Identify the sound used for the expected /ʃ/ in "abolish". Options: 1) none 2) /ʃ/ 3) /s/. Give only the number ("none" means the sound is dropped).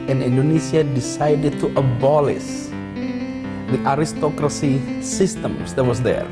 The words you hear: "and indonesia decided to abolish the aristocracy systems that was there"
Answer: 3